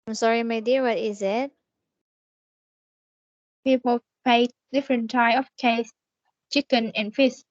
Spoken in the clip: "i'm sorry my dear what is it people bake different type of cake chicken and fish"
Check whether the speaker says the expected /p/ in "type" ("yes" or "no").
no